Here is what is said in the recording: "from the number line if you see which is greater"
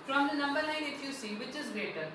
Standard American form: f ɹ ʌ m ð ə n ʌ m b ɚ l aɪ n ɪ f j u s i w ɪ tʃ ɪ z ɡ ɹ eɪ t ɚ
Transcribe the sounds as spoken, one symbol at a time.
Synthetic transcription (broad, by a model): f ɹ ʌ m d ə n ʌ m b ɚ n aɪ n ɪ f j u s i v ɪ tʃ ɪ z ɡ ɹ eɪ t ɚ